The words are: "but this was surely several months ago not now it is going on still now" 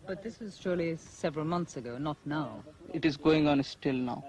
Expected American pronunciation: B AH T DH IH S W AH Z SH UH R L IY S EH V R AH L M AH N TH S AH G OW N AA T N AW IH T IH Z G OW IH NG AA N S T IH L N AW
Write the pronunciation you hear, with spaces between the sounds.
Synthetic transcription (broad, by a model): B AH T DH IH S W AH Z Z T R L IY S EH V R AH L M AH N TH S AH G OW N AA T N AW IH T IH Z G OW IH NG AA N S T IH L N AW